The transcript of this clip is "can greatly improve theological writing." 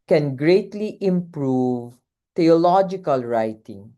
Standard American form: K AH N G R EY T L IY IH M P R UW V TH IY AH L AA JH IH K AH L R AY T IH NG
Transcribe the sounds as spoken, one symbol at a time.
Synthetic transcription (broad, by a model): K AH N G R EY T L IY IH M P R UW V T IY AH L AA JH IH K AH L R AY T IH NG